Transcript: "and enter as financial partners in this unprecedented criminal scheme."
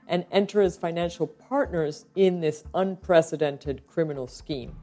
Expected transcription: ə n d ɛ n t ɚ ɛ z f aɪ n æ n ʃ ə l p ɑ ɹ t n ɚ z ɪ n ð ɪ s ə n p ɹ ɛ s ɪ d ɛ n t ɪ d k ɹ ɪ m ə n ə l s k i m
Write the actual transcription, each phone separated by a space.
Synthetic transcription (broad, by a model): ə n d ɛ n t ɚ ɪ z f aɪ n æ n ʃ l p ɑ ɹ t n ɚ z ɪ n ð ɪ s ə n p ɹ ɛ s ɪ d ɛ n t ɪ d k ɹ ɪ m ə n l s k i m